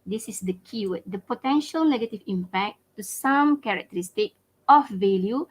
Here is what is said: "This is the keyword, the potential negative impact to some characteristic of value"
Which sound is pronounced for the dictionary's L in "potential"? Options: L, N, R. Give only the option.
L